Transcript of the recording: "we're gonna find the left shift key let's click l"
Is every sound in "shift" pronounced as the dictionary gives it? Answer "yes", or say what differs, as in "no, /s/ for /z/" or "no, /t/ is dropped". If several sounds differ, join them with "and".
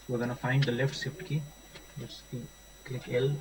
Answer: no, /s/ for /ʃ/